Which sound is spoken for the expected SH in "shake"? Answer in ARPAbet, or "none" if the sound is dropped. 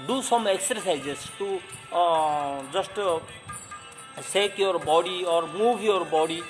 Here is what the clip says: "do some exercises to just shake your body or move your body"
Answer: S